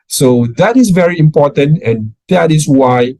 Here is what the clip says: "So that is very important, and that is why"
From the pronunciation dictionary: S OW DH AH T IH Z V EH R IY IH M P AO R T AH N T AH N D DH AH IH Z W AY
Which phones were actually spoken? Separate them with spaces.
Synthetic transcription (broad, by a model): S OW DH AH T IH S V EH R IY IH M P AO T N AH N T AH L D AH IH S W AY